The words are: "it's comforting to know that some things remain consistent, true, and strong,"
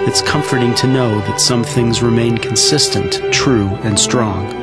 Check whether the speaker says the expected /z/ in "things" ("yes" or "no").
yes